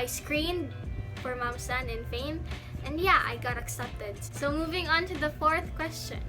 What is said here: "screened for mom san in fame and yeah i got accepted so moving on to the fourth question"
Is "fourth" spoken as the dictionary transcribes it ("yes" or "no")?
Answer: yes